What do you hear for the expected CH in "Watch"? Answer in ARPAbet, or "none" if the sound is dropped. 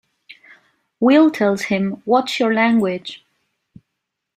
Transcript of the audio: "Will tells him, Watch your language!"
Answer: S